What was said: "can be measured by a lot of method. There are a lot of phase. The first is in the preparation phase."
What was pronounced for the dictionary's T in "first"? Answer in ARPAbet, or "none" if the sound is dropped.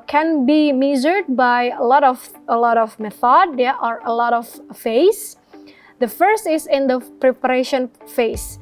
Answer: T